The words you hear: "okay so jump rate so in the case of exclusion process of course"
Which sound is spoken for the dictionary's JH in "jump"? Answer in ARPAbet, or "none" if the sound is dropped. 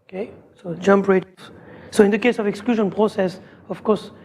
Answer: JH